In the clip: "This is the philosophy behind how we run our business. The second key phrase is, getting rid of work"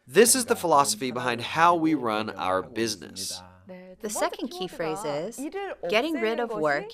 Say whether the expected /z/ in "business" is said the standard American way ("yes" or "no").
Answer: yes